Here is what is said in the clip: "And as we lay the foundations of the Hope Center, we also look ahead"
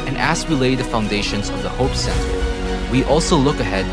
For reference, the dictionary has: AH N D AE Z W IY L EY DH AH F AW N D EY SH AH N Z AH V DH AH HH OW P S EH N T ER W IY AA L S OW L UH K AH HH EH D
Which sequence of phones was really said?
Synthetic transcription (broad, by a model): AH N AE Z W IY L EY DH AH F AW N D EY SH AH N Z AH V DH AH HH OW P S EH N T ER W IY AA L S OW L UH K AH HH EH D